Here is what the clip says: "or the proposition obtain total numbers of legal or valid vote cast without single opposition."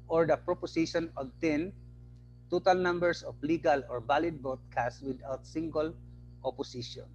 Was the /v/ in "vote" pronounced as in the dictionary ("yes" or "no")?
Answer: no